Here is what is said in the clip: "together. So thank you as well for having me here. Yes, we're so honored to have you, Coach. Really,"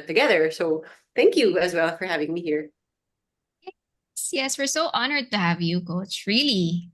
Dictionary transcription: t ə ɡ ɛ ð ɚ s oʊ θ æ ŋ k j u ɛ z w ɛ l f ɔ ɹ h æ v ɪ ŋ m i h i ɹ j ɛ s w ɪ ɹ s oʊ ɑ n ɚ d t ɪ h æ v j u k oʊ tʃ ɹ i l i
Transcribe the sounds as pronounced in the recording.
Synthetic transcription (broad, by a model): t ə ɡ ɛ ð ɚ s oʊ θ æ ŋ k j u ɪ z w ɛ l f ɔ ɹ h æ v ɪ ŋ m i h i ɹ j ɛ s w ɪ ɹ s oʊ ɑ n ɚ d t ɪ h æ v j u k oʊ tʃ ɹ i l i